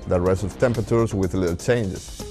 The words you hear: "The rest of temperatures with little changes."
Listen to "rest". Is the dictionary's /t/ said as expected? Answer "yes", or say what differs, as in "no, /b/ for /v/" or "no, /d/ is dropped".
no, /t/ is dropped